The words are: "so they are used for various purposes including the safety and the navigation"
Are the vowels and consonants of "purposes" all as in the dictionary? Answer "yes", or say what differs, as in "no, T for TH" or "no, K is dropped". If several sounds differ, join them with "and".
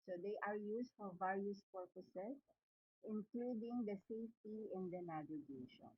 no, S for Z